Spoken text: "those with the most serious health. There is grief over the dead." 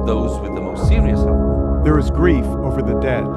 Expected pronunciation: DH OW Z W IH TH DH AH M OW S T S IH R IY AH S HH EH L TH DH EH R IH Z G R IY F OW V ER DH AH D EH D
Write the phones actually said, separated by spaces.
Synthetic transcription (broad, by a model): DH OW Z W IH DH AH M OW S T S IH L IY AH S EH DH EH R IH Z G R IY F OW V ER DH AH D EH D